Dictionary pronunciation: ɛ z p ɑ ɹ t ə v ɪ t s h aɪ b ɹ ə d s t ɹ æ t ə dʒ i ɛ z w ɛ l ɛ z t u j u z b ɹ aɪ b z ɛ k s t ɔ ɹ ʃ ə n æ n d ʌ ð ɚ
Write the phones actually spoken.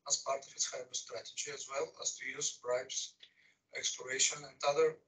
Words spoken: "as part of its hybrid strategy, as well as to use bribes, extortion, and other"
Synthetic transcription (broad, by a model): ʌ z p ɑ ɹ t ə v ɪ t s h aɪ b ə s t ɹ æ t ə dʒ i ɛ z w ɛ l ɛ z t u j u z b ɹ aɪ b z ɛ k s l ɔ ɹ ʃ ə n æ n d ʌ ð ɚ